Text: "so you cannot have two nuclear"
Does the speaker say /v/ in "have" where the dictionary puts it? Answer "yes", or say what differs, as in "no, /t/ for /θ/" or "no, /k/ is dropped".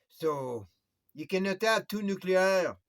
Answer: no, /p/ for /v/